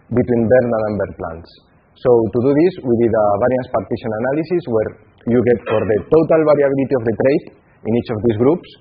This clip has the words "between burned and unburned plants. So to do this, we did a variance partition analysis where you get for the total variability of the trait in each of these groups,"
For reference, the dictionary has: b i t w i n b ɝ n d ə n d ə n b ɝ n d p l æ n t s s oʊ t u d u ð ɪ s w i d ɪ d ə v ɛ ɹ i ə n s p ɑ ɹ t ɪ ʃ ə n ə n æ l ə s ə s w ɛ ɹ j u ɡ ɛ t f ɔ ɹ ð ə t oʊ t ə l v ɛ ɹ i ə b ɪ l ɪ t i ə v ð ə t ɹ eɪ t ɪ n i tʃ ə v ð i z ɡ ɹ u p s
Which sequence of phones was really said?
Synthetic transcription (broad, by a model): b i t w i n b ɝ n ə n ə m b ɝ d p l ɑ n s s oʊ t u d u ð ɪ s w i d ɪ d ə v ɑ ɹ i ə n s p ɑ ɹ t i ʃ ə n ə n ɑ l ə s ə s w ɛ ɹ j u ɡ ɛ t f ɔ ɹ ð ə t oʊ t ə l b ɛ ɹ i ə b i l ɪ t i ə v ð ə t ɹ eɪ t ɪ n i tʃ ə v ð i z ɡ ɹ u p s